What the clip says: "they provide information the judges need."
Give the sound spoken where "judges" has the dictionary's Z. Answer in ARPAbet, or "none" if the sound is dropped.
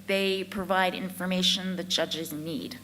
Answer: Z